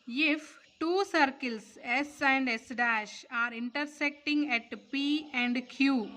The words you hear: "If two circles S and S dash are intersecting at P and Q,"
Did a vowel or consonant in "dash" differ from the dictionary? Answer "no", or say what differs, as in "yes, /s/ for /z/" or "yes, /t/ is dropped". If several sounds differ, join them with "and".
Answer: no